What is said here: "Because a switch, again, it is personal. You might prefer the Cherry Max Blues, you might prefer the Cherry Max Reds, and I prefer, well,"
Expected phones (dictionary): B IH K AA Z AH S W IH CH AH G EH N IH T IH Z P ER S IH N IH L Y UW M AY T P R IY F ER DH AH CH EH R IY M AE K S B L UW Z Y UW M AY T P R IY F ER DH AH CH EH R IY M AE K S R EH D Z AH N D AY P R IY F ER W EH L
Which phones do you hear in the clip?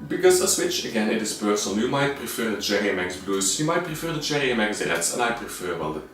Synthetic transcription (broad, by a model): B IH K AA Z AH S W IH CH AH G EH N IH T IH S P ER S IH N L Y UW M AY T P R IY F ER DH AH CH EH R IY M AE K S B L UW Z Y UW M AY T P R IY F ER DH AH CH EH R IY M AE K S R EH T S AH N AY P R IY F ER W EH L